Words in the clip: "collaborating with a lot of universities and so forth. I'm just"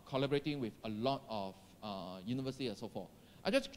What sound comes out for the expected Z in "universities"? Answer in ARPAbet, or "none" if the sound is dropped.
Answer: none